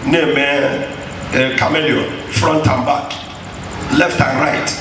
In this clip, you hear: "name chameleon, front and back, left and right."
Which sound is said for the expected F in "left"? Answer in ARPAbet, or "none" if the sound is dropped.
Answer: F